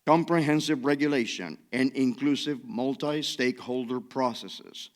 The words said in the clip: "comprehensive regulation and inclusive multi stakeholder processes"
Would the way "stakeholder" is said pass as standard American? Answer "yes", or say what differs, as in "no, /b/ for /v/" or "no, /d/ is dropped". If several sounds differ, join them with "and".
yes